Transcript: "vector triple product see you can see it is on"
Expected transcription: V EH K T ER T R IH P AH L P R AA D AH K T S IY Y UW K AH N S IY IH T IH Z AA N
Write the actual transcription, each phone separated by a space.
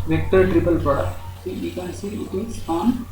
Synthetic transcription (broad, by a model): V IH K T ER T R IH P AH L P AA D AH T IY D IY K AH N S IY IH T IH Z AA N